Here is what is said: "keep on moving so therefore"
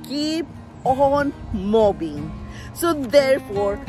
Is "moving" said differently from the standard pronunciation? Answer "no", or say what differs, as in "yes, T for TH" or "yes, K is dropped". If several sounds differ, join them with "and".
yes, B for V